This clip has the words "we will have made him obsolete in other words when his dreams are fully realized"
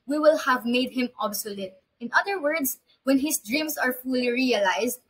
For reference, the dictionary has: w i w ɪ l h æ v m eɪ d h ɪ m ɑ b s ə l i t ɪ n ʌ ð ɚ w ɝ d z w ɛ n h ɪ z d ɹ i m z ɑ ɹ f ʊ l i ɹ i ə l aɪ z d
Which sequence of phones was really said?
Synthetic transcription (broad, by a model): w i w ɪ l h æ v m eɪ d h ɪ m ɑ b s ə l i t ɪ n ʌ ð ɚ w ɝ d s w ɛ n h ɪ s d ɹ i m s ɑ ɹ f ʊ l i ɹ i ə l aɪ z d